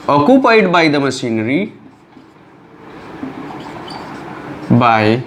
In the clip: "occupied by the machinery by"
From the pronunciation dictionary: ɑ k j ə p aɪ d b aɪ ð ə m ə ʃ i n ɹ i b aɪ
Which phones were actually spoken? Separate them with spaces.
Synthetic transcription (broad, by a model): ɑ k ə p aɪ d b aɪ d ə m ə s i n ɹ i b aɪ